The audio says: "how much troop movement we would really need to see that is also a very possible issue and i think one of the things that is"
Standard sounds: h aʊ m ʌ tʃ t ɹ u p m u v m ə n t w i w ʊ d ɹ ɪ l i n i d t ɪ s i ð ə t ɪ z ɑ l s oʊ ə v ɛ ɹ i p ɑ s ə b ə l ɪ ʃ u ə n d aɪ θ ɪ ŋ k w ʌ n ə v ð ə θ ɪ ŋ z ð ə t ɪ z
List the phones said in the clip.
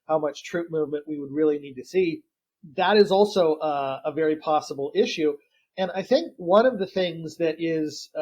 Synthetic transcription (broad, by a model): h aʊ m ʌ tʃ t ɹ u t m u v m ə n t w i w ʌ d ɹ ɪ l i n i d t ɪ s i ð ə t ɪ z ɑ l s oʊ ə v ɛ ɹ i p ɑ s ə b l ɪ ʃ u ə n aɪ θ ɪ ŋ k w ʌ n ə v ð ə θ ɪ ŋ z ð ə t ɪ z